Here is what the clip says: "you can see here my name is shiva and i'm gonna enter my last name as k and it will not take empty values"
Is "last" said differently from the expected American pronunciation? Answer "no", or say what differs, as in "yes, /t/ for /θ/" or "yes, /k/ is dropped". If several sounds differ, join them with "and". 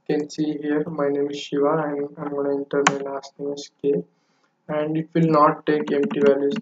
yes, /n/ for /l/